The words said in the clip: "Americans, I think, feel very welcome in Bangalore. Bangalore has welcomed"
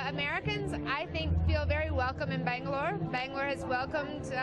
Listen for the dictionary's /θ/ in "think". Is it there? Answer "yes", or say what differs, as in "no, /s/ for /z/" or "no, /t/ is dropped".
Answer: yes